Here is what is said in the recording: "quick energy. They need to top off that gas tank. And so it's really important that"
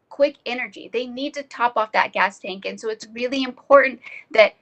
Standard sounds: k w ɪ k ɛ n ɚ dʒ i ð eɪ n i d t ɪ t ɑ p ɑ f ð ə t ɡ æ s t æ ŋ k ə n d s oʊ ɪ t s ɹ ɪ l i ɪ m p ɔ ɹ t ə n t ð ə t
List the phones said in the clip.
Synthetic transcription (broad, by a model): k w ɪ k ɛ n ɚ dʒ i ð eɪ n i d t ɪ t ɑ p ɑ f ð ə t ɡ æ s t æ ŋ k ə n s oʊ ɪ t s ɹ ɪ l i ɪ m p ɔ ɹ t n ð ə t